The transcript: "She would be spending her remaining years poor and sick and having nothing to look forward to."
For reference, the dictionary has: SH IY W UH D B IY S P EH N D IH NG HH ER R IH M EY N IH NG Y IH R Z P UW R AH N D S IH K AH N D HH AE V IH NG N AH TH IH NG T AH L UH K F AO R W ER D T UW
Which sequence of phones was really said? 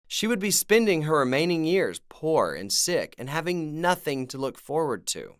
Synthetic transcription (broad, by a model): SH IY W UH D B IY S P EH N D IH NG HH ER R IH M EY N IH NG Y IH R Z P UW R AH N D S IH K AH N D HH AE V IH NG N AH TH IH NG T AH L UH K F AO R W ER D T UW